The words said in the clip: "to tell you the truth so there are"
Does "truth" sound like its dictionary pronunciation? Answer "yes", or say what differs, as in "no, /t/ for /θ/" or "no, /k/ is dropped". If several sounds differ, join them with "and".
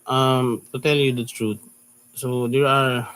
no, /t/ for /θ/